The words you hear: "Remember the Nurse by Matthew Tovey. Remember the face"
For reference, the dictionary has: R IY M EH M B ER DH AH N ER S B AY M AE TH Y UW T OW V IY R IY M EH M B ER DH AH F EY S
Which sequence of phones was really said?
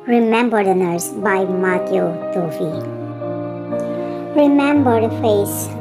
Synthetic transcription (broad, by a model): R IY M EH M B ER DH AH N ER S B AY M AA T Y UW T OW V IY R IY M EH M B ER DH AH F EY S